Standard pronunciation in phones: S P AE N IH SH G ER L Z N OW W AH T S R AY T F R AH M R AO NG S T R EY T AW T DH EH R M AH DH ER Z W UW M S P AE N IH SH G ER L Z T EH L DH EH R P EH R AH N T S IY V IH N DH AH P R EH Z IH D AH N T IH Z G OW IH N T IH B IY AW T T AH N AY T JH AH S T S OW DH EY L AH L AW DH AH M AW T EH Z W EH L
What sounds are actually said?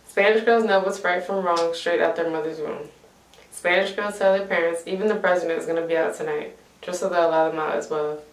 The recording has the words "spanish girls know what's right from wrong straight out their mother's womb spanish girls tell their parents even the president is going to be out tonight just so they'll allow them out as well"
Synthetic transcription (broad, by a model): S P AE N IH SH G ER L Z N OW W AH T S R AY T F R AH M R AO NG S T R EY T AW T DH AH R M AH DH ER Z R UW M S P AE N IH SH G ER L Z T EH L DH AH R P EH R AH N T S IY V IH N DH AH P R EH Z IH D AH N T IH Z G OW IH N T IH B IY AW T T AH N AY T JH AH S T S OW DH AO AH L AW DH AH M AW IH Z W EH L